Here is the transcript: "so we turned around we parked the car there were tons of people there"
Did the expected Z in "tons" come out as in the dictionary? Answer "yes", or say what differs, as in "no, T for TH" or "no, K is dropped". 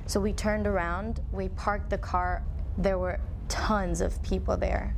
yes